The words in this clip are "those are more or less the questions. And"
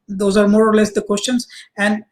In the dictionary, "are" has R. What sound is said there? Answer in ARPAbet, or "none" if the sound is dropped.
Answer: R